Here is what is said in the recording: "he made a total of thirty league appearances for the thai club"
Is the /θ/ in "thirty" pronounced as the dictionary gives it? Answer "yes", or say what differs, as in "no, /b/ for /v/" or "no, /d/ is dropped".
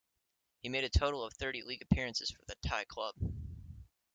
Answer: yes